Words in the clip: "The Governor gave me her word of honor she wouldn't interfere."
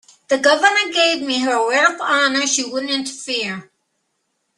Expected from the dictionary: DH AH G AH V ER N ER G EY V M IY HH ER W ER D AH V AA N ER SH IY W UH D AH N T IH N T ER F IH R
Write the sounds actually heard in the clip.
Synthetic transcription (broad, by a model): DH AH G AH V ER N ER G EY V M IY HH ER W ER AH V AA N ER SH IY W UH D N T IH N T ER F IH R